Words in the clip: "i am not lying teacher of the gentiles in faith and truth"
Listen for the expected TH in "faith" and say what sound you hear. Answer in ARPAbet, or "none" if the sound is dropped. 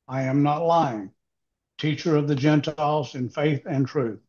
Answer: TH